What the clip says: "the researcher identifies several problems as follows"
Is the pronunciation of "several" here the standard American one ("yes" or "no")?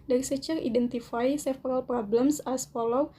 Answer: no